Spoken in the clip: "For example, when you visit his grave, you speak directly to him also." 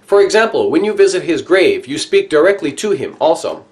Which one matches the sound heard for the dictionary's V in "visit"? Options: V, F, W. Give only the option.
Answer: V